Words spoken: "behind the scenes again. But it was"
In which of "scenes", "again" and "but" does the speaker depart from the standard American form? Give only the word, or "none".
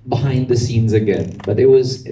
none